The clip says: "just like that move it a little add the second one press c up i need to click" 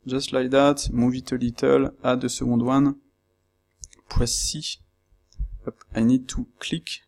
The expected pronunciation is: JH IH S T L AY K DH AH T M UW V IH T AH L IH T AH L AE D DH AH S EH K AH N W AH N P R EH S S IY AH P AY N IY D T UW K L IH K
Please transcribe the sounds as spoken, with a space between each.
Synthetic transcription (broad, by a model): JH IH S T L AY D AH T M UW V IH T AH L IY T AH L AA D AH S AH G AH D W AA N P W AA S S IY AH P AY N IY D T UW K L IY K